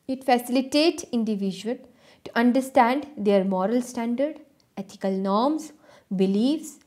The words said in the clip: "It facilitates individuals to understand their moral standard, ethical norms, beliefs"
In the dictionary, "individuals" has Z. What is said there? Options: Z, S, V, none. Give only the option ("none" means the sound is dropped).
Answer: none